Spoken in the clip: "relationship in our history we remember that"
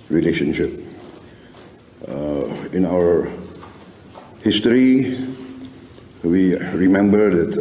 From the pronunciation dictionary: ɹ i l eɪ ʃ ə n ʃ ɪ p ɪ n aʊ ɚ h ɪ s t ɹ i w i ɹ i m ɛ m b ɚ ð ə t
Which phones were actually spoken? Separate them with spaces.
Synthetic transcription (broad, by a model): ɹ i l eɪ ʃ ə n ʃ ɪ p ɪ n aʊ ɚ h ɪ s t ɹ i w i ɹ i m ɛ m b ɚ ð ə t